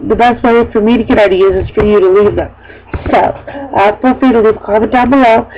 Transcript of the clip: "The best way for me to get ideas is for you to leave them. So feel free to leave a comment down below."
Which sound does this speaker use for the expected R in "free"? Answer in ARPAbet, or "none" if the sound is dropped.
none